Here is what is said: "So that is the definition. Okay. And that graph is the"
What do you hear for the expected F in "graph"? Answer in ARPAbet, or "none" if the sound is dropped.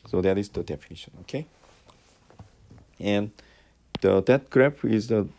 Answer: P